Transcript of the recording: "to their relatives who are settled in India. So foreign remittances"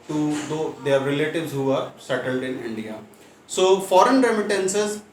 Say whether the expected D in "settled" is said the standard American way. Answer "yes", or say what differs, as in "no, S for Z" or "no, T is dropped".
yes